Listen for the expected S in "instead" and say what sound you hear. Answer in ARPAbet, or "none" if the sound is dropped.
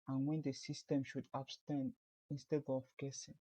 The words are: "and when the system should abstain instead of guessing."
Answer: S